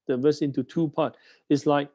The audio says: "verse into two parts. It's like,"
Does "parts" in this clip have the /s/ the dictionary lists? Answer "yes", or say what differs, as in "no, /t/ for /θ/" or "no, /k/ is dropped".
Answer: no, /s/ is dropped